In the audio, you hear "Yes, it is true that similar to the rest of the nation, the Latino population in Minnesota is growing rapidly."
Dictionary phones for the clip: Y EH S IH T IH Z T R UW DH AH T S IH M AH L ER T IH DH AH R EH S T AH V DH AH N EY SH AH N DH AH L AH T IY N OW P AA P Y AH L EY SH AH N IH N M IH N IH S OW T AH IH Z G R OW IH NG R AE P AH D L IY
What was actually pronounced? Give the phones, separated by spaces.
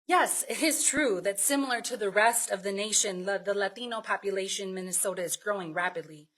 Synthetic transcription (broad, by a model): Y EH S IH T IH Z T R UW DH AH T S IH M L ER T IH DH AH R EH S T AH V DH AH N EY SH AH N DH AH L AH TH IY N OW P AA P Y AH L EY AH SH IH N M IH N IH S OW T AH IH Z G R OW IH NG R AE P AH D L IY